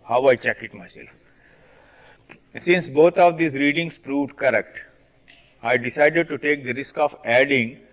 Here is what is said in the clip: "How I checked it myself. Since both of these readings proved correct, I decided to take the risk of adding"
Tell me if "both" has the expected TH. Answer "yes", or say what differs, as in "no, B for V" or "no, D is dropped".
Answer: no, T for TH